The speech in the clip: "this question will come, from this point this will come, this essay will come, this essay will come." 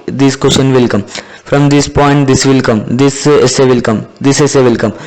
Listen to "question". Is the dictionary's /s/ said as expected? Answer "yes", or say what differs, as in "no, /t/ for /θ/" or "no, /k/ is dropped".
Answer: no, /ʃ/ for /s/